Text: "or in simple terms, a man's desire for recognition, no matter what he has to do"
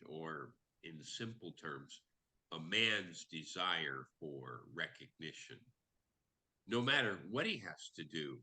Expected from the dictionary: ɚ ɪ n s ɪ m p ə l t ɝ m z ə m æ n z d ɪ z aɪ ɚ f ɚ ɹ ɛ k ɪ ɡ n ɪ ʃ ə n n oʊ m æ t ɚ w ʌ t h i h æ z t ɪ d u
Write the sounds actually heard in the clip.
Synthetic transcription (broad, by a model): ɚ ɪ n s ɪ m p l t ɝ m z ə m æ n z d ɪ z aɪ ɚ f ɚ ɹ ɛ k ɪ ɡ n ɪ ʃ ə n n oʊ m æ t ɚ w ʌ t h i h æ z t ɪ d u